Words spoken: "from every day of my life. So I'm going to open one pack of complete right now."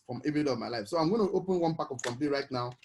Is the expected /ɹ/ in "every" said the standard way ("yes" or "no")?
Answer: no